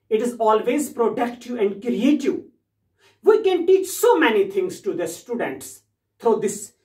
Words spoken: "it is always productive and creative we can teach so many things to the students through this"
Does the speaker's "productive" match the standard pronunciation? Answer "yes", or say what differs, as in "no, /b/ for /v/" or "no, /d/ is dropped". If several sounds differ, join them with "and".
no, /v/ is dropped